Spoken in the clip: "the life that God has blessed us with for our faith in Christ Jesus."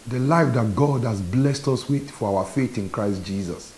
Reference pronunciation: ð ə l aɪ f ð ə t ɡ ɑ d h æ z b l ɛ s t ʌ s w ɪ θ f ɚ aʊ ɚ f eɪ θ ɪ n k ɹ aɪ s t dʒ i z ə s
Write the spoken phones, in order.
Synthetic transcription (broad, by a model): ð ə l aɪ f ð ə t ɡ ɑ d h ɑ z b l ɛ s t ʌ s w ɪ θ f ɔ aʊ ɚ f eɪ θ ɪ n k ɹ aɪ s t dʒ i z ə s